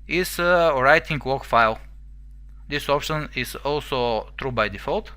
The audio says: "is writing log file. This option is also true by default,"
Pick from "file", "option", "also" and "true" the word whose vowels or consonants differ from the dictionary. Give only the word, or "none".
none